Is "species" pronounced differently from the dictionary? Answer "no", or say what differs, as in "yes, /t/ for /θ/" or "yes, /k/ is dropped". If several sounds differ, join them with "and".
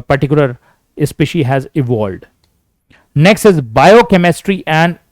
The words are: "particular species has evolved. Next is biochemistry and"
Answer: yes, /z/ is dropped